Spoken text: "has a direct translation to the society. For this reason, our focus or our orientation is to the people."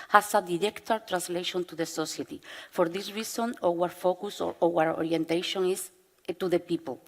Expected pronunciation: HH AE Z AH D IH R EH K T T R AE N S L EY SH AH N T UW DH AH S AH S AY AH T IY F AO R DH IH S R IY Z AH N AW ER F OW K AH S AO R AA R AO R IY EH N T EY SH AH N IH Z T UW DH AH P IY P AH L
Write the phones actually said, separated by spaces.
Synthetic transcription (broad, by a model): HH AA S AH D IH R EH K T T R AE N S L EY SH AH N T UW DH AH S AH S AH T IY F AO R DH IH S R IY S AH N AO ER F OW K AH S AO W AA R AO R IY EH N T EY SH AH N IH S T UW DH AH P IY P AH L